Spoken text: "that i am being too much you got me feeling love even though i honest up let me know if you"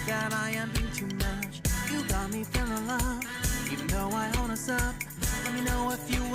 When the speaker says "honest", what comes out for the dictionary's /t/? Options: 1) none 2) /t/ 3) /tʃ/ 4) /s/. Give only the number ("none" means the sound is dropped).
1